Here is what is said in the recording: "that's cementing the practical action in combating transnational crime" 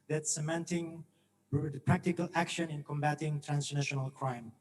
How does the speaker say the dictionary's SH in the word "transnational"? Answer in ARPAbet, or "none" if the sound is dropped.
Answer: SH